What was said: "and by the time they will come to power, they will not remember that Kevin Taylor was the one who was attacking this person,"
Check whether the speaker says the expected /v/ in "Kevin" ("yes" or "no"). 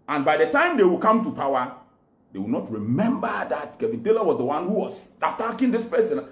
yes